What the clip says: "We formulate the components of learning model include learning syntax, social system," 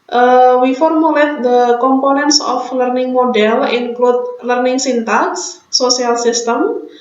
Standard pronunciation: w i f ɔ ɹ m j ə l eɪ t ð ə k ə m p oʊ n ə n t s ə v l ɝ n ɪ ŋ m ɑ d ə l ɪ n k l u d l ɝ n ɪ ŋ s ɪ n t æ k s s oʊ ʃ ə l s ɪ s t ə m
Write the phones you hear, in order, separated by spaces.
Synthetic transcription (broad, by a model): w i f ɔ ɹ m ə l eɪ t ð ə k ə m p oʊ n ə n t s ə f l ɝ n ɪ ŋ m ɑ d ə l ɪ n k l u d l ɝ n ɪ ŋ s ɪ n t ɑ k s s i ə l s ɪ s t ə m